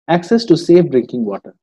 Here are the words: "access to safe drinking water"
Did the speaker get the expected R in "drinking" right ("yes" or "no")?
yes